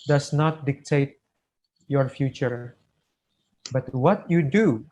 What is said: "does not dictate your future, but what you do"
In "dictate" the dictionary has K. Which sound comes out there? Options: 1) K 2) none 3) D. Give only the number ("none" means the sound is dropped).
1